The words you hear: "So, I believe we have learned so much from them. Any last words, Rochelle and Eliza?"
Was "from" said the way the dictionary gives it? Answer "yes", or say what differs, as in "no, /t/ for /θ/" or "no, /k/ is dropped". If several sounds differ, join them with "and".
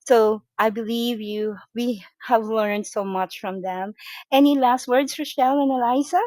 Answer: yes